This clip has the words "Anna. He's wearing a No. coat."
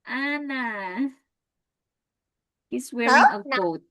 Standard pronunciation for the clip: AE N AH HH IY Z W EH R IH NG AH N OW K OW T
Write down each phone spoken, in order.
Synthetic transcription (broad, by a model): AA N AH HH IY S W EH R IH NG AH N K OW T